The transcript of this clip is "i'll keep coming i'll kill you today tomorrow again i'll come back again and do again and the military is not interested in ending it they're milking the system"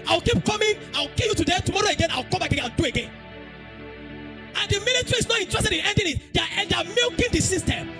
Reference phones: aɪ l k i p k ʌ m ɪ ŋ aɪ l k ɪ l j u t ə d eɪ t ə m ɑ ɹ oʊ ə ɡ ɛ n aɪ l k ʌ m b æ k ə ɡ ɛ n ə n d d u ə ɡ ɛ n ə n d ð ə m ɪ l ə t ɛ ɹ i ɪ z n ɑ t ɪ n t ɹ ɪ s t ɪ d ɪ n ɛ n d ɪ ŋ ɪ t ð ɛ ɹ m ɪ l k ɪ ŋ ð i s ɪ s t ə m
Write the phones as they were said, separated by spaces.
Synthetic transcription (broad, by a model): aɪ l k i p k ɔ m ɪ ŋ aɪ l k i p j u t ə d eɪ t ə m ɑ ɹ oʊ ə ɡ ɛ n aɪ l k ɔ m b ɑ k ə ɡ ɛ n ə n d d u ə ɡ ɛ n ə n d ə m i n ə t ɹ i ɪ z n ɑ t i n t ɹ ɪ s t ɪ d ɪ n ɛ n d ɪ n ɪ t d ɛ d m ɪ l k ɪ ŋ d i s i s t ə m